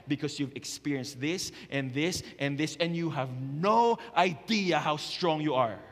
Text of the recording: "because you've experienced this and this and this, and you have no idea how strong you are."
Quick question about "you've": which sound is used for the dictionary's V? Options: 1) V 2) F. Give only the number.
1